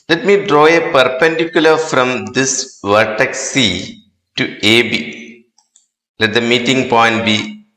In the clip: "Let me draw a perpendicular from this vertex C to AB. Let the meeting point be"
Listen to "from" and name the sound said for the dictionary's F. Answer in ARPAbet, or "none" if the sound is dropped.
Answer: F